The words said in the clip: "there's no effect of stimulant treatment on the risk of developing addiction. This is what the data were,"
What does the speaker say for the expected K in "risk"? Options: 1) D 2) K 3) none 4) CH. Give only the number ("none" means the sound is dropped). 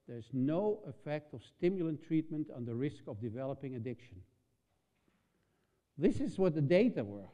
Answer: 2